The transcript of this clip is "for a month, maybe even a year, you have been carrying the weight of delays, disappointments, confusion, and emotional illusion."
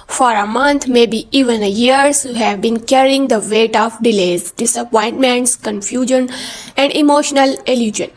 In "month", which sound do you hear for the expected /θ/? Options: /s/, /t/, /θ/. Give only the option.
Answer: /t/